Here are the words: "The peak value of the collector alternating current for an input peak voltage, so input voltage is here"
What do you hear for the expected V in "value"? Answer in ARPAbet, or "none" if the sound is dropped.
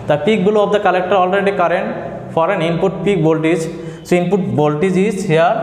B